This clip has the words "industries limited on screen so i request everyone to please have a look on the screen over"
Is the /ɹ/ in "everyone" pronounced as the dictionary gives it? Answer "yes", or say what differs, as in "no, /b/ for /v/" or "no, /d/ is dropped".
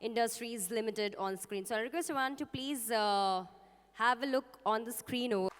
no, /ɹ/ is dropped